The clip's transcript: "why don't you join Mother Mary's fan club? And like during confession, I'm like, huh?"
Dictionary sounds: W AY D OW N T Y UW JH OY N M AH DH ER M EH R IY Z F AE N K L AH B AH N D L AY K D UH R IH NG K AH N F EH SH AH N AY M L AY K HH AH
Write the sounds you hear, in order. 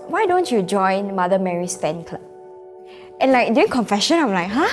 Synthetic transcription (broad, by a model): W AY D OW N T Y UW JH OY N M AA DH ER M EH R IY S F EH N K L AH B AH N L AY K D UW IH NG K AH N F EH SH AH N AY M L AY K HH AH